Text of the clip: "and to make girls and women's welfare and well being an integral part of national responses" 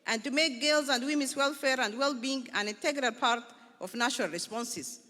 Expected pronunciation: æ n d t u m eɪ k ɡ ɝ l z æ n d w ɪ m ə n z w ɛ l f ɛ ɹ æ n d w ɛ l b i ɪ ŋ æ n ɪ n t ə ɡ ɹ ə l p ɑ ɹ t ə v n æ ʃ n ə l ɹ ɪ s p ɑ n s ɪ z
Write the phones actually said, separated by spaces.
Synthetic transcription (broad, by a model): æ n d t u m eɪ k ɡ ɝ l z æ n d w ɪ m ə n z w ɛ l f ɛ ɹ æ n d w ɛ l b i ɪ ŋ æ n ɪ n t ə ɡ ɹ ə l p ɑ ɹ t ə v n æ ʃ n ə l ɹ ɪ s p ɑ n s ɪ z